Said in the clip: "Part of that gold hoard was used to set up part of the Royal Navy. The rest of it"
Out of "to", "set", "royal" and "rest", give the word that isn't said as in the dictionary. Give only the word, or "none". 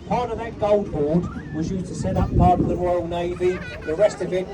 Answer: none